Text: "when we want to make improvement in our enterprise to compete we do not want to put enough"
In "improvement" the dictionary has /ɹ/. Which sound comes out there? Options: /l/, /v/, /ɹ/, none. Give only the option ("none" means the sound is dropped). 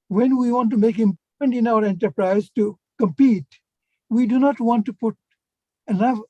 none